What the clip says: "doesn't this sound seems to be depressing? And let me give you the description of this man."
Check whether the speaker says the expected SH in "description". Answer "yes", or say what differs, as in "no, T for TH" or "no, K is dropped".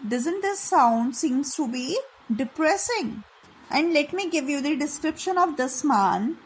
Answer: yes